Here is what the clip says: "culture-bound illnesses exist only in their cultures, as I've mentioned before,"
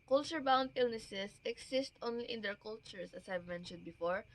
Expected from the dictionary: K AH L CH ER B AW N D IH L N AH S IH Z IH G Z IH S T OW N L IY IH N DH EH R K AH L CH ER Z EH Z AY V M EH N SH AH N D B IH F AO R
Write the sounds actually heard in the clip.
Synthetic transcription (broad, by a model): K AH L CH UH B AW N D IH L N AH S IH S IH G S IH S T OW N L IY IH N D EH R K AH L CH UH S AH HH AY V M EH N SH AH N D B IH F AO R